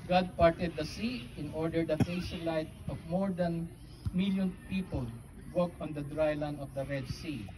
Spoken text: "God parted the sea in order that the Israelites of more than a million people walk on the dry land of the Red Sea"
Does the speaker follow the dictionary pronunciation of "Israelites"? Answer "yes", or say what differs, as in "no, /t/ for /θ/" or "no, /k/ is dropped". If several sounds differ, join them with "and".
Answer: no, /s/ is dropped